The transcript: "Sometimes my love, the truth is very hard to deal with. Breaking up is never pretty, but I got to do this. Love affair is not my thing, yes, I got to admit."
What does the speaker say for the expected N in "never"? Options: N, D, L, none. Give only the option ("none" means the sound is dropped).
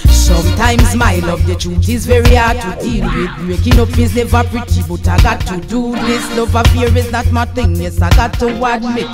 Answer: L